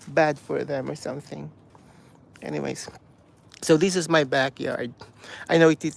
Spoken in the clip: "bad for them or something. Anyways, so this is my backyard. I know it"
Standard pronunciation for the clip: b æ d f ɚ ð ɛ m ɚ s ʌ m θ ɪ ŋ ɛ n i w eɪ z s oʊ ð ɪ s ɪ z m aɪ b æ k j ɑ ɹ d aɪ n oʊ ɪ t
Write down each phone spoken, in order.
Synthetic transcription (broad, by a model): b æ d f ɚ ð ɛ m ɚ s ʌ m θ ɪ ŋ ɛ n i w eɪ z s oʊ ð ɪ s ɪ z m aɪ b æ k j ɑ ɹ d aɪ n oʊ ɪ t